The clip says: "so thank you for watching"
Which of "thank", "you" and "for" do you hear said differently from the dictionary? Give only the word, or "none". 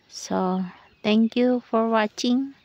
thank